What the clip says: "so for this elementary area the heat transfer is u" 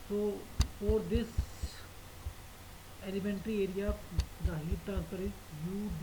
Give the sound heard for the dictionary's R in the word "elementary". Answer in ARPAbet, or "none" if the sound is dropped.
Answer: R